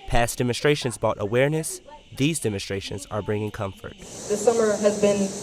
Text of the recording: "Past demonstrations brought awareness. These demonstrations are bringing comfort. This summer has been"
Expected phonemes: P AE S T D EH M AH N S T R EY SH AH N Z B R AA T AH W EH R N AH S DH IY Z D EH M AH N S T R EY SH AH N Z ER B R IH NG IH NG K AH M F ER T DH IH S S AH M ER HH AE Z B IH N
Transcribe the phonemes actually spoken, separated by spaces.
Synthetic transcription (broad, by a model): P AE S D EH M AH N S T R EY SH AH N Z B AA T AH W EH R N AH S DH IY Z D EH M AH N S T R EY SH AH N Z ER B R IH NG IH NG K AH M F ER T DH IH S S AH M ER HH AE Z B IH N